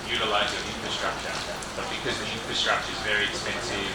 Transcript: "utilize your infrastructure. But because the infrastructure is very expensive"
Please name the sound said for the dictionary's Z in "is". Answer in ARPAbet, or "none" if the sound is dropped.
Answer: Z